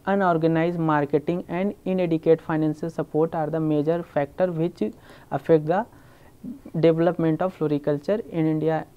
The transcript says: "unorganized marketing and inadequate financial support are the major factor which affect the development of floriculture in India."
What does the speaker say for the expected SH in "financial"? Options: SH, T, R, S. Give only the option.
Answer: S